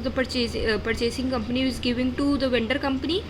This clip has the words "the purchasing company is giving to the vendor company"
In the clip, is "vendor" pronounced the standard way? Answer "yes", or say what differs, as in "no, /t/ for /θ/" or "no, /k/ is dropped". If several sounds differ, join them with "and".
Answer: yes